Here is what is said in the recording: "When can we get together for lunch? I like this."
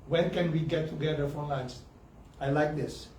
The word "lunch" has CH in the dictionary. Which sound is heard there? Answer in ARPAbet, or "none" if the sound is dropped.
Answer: S